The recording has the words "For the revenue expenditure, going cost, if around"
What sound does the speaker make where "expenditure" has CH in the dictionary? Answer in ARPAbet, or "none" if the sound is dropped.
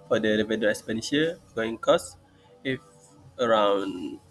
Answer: SH